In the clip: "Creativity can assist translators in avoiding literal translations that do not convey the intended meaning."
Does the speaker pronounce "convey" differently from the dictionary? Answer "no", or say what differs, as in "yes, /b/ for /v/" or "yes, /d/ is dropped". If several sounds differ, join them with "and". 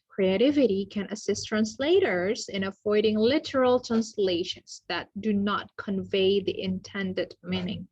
no